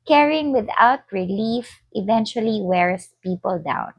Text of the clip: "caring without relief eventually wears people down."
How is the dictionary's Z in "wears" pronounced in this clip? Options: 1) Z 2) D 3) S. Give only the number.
3